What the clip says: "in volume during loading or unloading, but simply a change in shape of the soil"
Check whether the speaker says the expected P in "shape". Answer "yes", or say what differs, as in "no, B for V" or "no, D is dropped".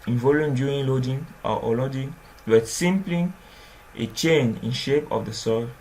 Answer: yes